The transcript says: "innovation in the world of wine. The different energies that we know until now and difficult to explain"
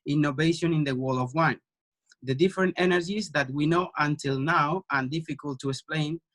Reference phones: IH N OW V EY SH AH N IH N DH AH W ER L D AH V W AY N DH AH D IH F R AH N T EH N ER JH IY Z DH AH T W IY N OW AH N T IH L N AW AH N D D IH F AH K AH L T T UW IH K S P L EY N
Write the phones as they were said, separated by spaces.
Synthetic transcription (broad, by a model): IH N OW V EY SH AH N IH N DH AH W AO L AH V W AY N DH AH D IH F R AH N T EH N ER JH IY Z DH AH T W IY N OW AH N T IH L N AW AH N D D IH F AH K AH L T T UW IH K S P L EY N